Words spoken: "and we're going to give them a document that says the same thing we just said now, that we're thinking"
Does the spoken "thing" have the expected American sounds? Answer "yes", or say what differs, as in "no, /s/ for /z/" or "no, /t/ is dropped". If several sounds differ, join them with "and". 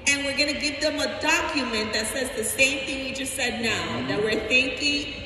yes